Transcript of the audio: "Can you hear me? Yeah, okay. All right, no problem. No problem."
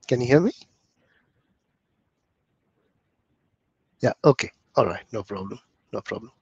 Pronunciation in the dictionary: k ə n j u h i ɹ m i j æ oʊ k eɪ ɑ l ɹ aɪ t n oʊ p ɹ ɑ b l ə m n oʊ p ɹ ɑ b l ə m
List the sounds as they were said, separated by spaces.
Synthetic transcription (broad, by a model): k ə n j u h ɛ l m i j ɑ oʊ k eɪ ɑ l ɹ aɪ t n oʊ p ɹ ɑ b l ə m n oʊ p ɹ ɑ b l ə m